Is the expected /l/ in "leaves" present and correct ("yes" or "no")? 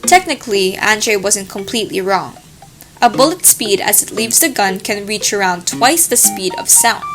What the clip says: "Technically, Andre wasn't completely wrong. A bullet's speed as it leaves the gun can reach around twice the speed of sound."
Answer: yes